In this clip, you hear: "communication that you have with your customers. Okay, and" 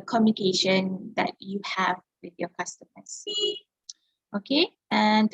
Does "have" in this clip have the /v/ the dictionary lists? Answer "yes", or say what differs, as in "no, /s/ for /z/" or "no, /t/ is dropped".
yes